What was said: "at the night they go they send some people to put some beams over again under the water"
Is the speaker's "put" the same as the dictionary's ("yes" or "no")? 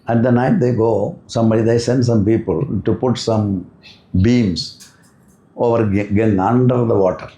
yes